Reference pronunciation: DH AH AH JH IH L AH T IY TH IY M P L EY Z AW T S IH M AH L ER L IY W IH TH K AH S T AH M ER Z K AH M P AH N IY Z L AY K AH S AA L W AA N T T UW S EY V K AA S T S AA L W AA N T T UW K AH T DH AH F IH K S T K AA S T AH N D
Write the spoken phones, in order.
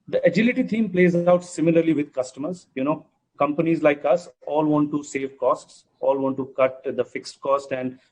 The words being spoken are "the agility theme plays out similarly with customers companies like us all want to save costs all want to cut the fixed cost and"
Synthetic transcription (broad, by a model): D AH AH JH IH L AH T IY T IY M P L EY Z AW T S IH M AH L ER L IY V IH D K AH S T AH M ER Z K AH M P AH N IY Z L AY K AH S AA L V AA N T T UW S EY V K AA S T S AA L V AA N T T UW K AH T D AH F IH K S T K AA S T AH N D